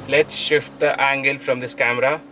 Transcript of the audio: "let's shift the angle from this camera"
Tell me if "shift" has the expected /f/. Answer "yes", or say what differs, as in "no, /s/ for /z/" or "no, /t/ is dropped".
yes